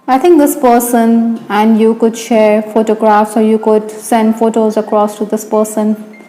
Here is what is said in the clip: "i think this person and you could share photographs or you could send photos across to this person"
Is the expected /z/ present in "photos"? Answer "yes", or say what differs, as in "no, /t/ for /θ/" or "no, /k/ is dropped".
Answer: yes